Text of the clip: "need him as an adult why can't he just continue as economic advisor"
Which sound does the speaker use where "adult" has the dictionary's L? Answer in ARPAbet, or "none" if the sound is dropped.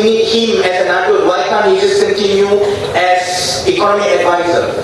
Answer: none